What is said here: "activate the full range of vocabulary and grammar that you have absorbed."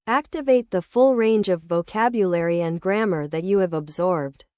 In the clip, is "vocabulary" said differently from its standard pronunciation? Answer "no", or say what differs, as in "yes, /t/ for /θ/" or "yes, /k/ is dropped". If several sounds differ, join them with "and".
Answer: no